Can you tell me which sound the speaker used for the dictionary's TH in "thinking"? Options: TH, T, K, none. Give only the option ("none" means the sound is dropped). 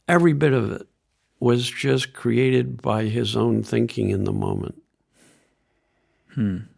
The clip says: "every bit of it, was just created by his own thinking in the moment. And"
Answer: TH